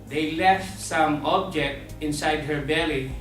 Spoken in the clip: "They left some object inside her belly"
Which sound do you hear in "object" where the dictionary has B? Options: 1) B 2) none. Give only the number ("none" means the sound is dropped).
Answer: 1